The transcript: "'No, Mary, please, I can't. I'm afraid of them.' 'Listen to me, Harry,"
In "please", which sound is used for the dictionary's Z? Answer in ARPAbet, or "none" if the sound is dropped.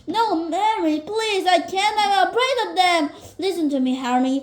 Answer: Z